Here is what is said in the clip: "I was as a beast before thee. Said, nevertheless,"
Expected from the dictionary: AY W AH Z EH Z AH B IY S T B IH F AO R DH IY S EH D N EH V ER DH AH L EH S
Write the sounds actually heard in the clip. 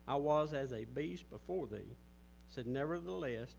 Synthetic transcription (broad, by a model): AY W AH Z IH Z AH B IY S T B IH F AO R DH IY S EH D N EH V ER DH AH L EH S